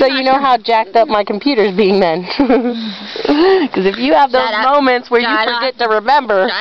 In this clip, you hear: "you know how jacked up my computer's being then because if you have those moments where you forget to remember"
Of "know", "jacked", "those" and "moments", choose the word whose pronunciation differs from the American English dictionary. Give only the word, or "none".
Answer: none